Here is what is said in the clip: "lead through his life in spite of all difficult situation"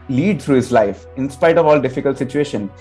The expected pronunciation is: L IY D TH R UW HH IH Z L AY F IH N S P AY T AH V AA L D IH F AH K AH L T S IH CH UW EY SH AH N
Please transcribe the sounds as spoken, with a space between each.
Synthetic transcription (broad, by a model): L IY D T R UW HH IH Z L AY F IH N S P AY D AH V AA L D IH F AH K AH L T S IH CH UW EY SH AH N